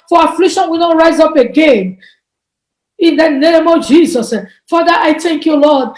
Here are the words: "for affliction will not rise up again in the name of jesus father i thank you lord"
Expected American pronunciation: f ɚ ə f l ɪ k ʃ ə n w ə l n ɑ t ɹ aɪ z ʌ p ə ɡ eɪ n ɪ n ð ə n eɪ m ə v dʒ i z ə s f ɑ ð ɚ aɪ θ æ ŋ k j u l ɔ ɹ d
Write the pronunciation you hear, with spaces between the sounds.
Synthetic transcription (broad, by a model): f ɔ ə f l ɪ k ʃ ə n w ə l n ɑ t ɹ aɪ z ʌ p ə ɡ eɪ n ɪ n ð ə n eɪ m ə v dʒ i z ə s f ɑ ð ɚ aɪ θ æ ŋ k j u l ɔ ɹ d